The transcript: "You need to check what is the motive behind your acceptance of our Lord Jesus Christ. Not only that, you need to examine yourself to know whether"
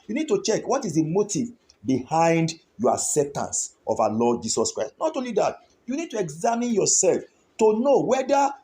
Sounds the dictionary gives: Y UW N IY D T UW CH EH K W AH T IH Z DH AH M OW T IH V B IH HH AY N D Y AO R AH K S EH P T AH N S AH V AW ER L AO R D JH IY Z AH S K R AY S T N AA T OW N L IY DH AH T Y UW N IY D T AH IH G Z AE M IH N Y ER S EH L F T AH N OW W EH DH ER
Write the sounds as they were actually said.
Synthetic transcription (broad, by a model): Y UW N IY D T UW CH EH K W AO T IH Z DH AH M OW T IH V B IH HH AY N D Y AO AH S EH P T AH N S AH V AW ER L AO D JH IY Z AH S K R AY S T N AA T OW N L IY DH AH T Y UW N IY D T AH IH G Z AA M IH N Y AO S EH L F T AH N OW W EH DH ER